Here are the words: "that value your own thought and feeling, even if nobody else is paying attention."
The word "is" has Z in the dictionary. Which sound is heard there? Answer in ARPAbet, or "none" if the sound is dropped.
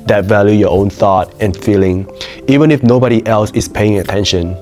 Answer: S